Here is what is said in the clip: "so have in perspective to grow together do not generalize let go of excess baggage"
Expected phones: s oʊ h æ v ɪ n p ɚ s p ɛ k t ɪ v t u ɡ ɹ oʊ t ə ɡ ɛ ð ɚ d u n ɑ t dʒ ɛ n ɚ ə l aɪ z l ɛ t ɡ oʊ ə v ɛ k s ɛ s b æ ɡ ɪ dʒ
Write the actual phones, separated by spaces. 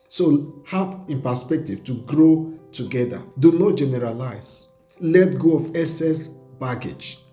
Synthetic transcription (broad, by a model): s oʊ h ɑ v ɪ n p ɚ s p ɛ k t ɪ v t u ɡ ɹ oʊ t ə ɡ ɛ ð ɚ d u n ɑ t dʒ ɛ n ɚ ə l aɪ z l ɛ t ɡ oʊ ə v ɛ s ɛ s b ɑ ɡ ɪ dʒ